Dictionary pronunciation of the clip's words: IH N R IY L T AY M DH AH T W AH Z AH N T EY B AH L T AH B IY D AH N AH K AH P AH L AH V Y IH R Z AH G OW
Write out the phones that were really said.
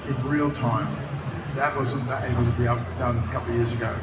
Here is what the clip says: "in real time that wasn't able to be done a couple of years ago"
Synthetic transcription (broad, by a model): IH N R IY L T AY M DH AH T W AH Z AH N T EY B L T AH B IY D AH N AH K AH P L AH Y IH R Z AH G OW